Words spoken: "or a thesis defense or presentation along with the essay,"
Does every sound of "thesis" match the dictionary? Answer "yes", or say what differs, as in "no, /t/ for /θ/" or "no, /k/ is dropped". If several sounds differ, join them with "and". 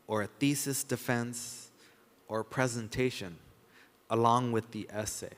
yes